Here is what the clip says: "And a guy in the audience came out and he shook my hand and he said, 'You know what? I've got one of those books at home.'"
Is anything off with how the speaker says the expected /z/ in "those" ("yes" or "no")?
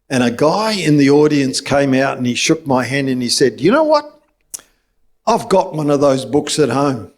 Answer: no